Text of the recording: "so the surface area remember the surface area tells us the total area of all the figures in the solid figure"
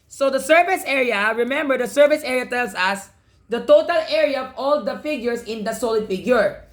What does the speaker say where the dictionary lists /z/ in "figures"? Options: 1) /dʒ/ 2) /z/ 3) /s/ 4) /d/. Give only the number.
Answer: 3